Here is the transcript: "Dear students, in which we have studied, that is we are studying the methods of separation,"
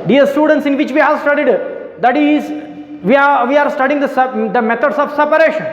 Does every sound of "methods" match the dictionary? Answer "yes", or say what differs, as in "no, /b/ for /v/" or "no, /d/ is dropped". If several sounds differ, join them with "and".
no, /t/ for /θ/